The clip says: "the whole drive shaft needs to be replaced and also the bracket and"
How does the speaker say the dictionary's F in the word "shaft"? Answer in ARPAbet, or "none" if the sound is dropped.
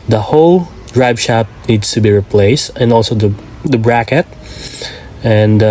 none